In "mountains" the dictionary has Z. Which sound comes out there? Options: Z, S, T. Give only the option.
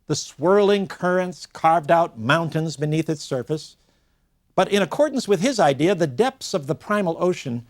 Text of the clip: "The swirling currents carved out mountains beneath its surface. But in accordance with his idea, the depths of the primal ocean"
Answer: Z